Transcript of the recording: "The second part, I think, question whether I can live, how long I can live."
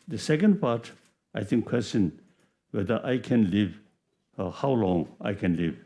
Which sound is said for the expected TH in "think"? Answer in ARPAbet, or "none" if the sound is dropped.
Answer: T